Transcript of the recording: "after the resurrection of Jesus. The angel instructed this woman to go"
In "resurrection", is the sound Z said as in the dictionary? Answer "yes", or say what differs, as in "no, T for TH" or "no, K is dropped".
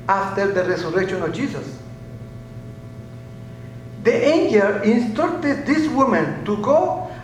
no, S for Z